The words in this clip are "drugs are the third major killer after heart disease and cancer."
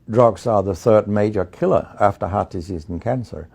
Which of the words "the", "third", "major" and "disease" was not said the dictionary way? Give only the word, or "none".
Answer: none